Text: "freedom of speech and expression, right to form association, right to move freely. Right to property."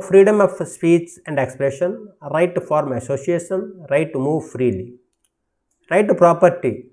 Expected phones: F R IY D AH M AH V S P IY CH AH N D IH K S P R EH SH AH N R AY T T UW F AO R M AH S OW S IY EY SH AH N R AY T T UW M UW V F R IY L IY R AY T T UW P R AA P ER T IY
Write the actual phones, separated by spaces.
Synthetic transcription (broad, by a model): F R IY D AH M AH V S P IY S AH N D IH K S P R EH SH AH N R AY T T UW F AO R M AH S OW S IY EY SH AH N R AY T T UW M UW V F R IY L IY R AY T T UW P R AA P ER T IY